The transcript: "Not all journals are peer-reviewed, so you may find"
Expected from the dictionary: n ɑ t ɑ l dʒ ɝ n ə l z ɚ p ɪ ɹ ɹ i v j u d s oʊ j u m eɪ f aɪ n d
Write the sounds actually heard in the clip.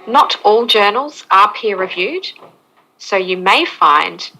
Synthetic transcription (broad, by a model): n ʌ t ɑ l dʒ ɝ n ə l z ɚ p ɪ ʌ ɹ i v j u d s oʊ j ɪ m eɪ f aɪ n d